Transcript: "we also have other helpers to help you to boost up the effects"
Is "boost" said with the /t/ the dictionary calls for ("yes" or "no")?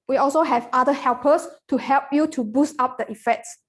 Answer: yes